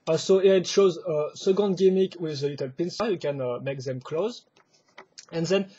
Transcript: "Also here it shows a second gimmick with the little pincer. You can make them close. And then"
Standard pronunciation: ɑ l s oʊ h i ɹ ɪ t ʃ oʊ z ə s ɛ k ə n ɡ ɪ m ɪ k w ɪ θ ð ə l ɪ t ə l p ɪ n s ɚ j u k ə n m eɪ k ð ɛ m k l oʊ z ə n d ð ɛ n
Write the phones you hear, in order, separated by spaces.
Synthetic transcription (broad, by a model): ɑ s oʊ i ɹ ɪ t ʃ oʊ z ə s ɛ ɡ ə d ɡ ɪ m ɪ k w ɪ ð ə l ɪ t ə l p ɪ n s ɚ j u k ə n m eɪ k ð ɛ m k l oʊ z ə n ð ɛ n